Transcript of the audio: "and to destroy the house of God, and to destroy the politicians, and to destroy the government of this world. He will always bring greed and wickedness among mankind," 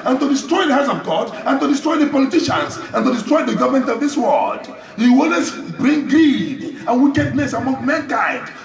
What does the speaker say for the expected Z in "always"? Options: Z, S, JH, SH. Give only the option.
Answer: S